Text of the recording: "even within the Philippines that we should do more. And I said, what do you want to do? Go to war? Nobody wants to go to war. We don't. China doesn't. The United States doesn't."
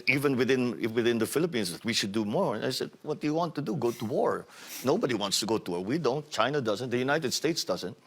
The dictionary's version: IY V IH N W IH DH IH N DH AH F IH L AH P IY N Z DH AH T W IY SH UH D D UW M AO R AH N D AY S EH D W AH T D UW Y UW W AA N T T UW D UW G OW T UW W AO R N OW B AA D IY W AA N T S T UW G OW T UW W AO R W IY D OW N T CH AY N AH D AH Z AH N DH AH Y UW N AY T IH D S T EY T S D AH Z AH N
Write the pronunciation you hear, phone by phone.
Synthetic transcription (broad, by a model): IY V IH N W IH DH IH N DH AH F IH L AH P IY N S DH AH T W IY SH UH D D UW M AO R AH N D AY S EH D W AH T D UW Y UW W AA N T T UW D UW G OW T UW W AO R N OW B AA D IY W AA N T S T UW G OW T UW W AO R W IY D OW N T CH AY N AH D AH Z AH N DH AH Y UW N AY T IH D S T EY T S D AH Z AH N